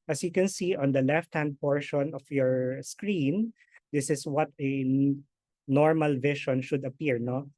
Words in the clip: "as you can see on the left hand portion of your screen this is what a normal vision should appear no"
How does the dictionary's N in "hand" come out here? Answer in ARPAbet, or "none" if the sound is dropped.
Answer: N